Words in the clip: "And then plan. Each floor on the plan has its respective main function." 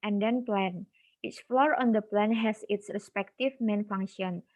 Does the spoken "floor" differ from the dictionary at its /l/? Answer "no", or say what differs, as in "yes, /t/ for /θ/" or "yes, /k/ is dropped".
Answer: no